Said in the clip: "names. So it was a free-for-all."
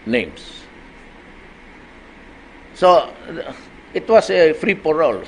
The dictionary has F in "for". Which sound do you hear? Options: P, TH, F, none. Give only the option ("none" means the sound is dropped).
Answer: P